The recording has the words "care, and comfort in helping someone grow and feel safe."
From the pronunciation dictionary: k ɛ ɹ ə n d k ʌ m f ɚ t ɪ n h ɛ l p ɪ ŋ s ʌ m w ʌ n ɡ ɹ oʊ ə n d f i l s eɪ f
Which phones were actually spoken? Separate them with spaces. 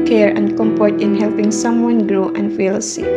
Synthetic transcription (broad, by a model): k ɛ ɹ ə n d k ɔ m p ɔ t ɪ n h ɛ l p ɪ ŋ s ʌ m w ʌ n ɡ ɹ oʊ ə n f i l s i